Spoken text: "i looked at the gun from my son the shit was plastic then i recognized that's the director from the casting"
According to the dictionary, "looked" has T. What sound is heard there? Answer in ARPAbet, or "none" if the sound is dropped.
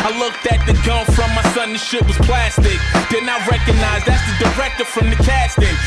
T